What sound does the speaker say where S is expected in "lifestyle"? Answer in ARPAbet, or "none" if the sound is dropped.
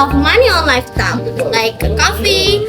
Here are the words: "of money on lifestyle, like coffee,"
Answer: none